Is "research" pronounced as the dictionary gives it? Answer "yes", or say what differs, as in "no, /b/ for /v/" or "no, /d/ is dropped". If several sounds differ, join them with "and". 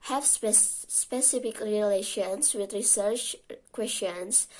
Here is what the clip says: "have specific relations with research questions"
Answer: yes